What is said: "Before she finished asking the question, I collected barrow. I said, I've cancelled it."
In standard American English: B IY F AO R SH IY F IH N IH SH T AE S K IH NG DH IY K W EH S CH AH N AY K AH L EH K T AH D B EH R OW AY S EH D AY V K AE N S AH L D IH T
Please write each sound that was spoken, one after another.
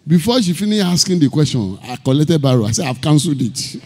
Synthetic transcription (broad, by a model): B IY F AO SH IY F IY N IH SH AA S K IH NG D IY K W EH S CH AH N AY K AH L EH K T AH D B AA R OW AY S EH AY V K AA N S L D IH T